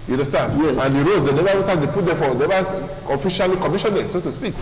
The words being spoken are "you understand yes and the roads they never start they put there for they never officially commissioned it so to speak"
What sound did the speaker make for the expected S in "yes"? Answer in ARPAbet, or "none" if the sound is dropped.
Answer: none